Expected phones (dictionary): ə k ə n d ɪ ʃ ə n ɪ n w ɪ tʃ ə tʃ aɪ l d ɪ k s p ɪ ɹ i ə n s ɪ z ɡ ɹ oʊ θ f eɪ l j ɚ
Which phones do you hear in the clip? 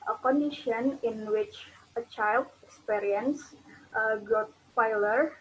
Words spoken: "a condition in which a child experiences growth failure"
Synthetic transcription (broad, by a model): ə k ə n d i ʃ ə n ɪ n w ɪ tʃ ə tʃ aɪ l d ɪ k s p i ɹ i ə n s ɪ ɡ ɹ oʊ t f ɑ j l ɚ